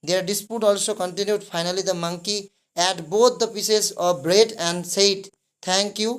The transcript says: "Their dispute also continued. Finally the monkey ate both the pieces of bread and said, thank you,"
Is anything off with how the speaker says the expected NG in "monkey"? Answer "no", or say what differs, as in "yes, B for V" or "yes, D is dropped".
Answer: no